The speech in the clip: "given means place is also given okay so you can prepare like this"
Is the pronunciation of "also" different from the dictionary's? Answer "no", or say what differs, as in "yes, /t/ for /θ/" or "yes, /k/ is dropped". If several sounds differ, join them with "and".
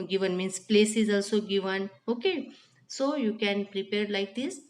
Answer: no